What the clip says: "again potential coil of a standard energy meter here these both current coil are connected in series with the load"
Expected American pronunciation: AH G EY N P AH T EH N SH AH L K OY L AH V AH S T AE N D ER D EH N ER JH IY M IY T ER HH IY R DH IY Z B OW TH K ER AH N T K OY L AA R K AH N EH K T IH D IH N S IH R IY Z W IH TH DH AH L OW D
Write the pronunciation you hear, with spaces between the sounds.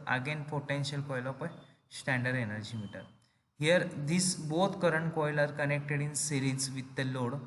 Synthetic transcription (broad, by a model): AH G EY N P AH T EH N SH AH L K OY L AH P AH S T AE N D ER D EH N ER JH IY M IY T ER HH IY R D IY S B OW T K ER AH N T K OY L AA R K AH N EH K T IH D IH N S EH R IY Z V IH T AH L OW D